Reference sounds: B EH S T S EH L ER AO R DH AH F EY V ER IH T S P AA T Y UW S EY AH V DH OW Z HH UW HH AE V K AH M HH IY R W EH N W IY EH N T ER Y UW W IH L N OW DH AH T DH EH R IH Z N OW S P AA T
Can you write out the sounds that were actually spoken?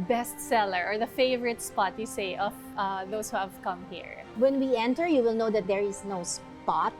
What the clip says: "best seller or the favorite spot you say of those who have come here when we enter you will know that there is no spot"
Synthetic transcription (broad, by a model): B EH S T S EH L ER AO R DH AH F EY V ER IH T S P AA T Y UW S EY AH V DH OW S HH UW HH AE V K AH M HH IY R W EH N W IY EH N T ER Y UW W IH L N OW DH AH T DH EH R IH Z N OW S P AA T